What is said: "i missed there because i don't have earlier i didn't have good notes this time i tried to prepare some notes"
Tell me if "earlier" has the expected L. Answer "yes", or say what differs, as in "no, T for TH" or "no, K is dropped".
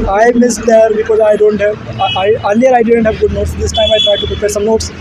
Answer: no, L is dropped